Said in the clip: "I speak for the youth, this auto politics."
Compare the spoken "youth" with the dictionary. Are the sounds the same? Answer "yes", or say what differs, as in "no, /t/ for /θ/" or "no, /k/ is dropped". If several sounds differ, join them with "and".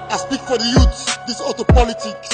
no, /s/ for /θ/